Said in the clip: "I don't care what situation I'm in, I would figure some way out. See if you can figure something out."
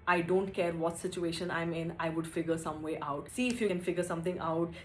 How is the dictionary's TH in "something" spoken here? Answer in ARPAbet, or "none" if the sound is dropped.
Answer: T